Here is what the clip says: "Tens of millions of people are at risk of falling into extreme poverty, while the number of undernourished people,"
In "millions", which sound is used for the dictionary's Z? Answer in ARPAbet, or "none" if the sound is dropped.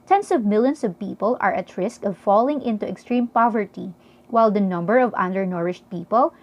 S